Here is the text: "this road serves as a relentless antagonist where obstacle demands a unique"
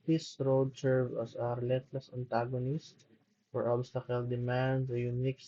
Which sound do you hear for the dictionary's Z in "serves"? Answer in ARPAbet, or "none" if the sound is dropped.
none